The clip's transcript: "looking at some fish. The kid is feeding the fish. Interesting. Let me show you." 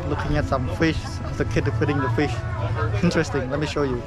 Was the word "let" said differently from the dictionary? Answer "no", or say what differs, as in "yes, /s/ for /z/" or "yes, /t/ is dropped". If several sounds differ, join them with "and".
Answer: no